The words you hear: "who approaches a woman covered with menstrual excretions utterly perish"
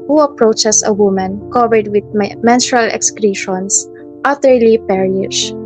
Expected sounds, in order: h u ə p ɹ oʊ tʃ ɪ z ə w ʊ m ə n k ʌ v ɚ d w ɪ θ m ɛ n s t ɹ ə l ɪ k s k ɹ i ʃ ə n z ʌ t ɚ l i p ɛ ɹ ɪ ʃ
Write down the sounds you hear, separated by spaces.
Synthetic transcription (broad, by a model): h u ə p ɹ oʊ tʃ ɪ s ə w ʊ m ə n k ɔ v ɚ d w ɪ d m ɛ n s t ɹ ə l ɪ k s k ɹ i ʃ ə n s ʌ t ɚ l i p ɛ ɹ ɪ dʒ